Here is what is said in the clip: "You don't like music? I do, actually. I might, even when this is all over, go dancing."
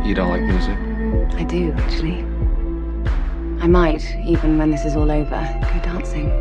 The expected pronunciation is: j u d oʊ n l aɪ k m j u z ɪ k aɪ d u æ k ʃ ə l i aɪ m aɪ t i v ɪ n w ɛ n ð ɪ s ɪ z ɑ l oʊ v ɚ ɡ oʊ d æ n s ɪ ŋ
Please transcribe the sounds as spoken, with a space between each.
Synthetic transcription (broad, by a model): j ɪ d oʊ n l aɪ k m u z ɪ aɪ d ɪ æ k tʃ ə l i aɪ m aɪ t i v ɪ n w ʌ n ð ɪ s ɪ z ɑ l oʊ v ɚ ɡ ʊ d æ n s ɪ ŋ